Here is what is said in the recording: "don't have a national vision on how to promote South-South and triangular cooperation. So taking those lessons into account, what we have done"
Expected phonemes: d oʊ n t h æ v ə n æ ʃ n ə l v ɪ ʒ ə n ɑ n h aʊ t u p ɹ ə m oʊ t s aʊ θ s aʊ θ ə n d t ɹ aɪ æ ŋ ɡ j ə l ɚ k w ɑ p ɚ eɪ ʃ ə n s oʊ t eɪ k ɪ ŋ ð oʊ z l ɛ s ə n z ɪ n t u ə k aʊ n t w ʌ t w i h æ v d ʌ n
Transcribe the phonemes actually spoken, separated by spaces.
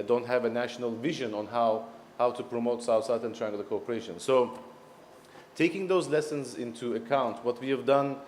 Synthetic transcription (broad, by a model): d oʊ n t h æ v ə n æ ʃ n ə l v ɪ ʒ ə n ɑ n h aʊ t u p ɹ ə m oʊ t s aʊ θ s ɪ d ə n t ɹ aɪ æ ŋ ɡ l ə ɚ k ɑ p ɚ eɪ ʃ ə n s oʊ t eɪ k ɪ ŋ ð oʊ z l ɛ s ə n z ɪ n t u ə k aʊ n t w ʌ t w i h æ v d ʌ n